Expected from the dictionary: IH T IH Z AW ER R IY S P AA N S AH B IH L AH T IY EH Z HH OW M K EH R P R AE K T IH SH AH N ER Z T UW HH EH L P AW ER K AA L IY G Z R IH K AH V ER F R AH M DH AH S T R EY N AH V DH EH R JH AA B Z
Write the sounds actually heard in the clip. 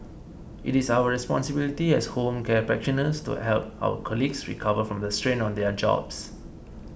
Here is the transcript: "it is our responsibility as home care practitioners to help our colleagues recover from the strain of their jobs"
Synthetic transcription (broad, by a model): IH T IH S AW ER R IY S P AA N S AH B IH L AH T IY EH S HH OW M K EH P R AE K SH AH N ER S T UW HH EH L P AW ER K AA L IY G S R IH K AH V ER F R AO M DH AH S T R EY N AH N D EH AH JH AA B S